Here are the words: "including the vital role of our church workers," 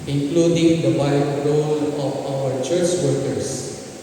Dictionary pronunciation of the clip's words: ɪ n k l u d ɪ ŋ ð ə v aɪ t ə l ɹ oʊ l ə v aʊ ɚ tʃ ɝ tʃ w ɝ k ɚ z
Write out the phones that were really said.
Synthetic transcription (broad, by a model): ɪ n k l u d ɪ ŋ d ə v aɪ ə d ɹ oʊ l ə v aʊ ɚ tʃ ɝ tʃ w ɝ k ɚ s